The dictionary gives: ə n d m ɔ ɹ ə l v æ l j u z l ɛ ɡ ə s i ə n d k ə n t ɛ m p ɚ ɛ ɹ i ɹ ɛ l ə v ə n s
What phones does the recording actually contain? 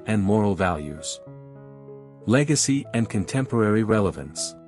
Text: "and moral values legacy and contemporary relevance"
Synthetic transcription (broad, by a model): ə n m ɔ ɹ l v æ l j u z l ɛ ɡ ə s i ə n k ə n t ɛ m p ɚ ɛ ɹ i ɹ ɛ l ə v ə n s